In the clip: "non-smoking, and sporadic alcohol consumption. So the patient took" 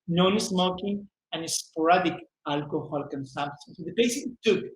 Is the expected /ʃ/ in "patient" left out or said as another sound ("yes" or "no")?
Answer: yes